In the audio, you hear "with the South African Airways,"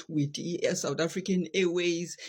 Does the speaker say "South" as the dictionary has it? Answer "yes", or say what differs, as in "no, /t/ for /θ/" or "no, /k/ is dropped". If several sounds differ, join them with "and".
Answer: no, /t/ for /θ/